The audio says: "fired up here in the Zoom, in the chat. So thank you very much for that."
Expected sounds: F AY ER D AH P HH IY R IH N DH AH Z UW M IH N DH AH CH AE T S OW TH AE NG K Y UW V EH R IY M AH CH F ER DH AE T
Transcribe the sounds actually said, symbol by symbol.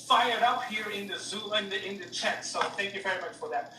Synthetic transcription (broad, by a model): F AY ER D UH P HH IY R IH N DH AH Z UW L IH N DH AH CH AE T S OW TH AE NG K Y UW V EH R IY M AH CH F ER DH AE T